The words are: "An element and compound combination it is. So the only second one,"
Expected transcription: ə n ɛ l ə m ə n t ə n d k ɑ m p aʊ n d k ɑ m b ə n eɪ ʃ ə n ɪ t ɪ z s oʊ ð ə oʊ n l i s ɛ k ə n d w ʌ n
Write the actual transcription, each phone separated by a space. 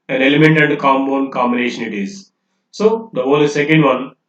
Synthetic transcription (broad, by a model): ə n ɛ l ə m ə n t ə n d k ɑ m b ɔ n k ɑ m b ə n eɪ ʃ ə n ɪ t ɪ z s oʊ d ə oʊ l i s ɛ k ə n d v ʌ n